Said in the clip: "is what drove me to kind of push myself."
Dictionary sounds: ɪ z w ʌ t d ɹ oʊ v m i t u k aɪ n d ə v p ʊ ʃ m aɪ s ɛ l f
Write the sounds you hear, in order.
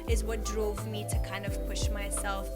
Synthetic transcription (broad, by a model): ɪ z w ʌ t d ɹ oʊ v m i t u k aɪ n d ə v p ʊ ʃ m aɪ s ɛ l f